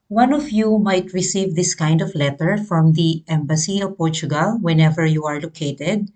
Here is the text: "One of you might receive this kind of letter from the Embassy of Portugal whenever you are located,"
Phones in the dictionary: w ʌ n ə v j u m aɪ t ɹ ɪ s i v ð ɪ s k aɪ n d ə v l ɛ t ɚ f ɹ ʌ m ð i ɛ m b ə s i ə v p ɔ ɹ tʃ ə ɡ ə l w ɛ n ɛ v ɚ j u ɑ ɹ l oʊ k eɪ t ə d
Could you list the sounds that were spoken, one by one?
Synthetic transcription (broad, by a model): w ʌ n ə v j u m aɪ t ɹ ɪ s i v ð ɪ s k aɪ n d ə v l ɛ t ɚ f ɹ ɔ m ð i ɛ m b ə s i ə v p ɔ ɹ tʃ ə ɡ ə l w ɛ n ɛ v ɚ j u ɑ ɹ l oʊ k eɪ t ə d